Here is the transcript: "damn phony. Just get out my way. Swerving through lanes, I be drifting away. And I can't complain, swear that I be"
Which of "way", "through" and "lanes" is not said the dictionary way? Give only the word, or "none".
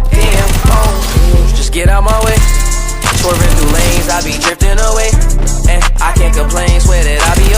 through